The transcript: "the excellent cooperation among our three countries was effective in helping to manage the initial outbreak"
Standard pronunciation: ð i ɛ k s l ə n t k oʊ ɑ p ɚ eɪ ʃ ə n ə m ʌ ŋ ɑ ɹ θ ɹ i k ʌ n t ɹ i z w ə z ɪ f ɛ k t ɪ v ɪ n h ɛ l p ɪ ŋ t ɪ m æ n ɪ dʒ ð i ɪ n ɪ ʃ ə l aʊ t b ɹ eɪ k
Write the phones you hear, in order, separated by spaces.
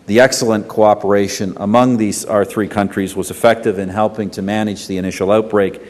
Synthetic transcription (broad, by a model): ð i ɛ k s l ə n k oʊ ɑ p ɚ eɪ ʃ ə n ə m ʌ ŋ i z θ ɹ i k ʌ n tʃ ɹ i z w ə z ɪ f ɛ k t ɪ v ɪ n h ɛ l p ɪ ŋ t ɪ m æ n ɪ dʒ ð i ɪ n ɪ ʃ l aʊ t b ɹ eɪ k